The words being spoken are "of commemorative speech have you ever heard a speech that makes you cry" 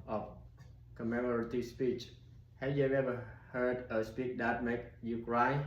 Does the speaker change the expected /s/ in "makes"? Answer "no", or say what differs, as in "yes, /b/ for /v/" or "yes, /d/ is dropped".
yes, /s/ is dropped